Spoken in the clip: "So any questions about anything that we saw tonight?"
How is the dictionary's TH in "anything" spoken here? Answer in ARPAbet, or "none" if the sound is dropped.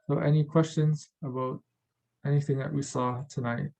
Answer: TH